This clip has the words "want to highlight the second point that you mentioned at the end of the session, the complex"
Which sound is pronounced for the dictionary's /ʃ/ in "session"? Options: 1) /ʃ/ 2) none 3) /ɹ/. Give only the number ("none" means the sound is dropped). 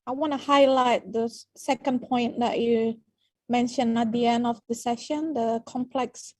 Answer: 1